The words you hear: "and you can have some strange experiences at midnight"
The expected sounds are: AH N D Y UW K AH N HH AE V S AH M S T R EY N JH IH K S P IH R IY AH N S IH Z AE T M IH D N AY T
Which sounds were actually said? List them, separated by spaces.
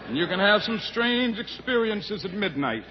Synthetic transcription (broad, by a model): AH N Y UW K AH N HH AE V S AH M S T R EY N JH IH K S P IH R IY AH N S IH Z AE T M IH D N AY T